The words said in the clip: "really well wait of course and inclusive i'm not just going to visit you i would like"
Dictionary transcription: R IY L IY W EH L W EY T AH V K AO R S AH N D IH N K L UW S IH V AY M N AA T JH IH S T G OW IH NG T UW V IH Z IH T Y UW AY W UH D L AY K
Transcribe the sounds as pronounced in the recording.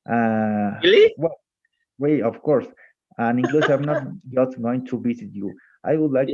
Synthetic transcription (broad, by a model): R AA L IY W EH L W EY AH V K AO R S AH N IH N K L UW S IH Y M N AA T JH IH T G OW IH NG T UW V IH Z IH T Y UW AY W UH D L AY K